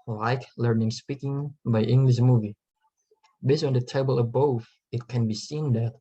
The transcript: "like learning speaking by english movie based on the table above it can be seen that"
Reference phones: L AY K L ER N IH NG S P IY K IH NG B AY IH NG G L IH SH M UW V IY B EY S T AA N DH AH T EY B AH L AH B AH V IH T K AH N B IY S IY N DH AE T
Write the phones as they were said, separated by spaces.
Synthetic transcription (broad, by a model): L AY K L ER N IH NG S P IY K IH NG B AY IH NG G L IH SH M UW V IY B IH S AA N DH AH T EY B AH L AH B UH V IH T K AH N B IY S IY N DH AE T